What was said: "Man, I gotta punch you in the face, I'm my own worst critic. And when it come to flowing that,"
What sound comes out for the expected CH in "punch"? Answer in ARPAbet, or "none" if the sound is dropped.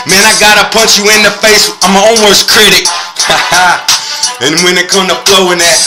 CH